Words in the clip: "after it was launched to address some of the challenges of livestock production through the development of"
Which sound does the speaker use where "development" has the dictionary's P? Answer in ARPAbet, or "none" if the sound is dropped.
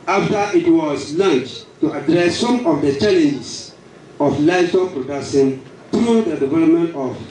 P